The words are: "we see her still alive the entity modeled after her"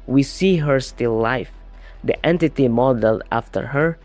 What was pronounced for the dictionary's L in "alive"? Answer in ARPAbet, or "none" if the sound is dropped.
none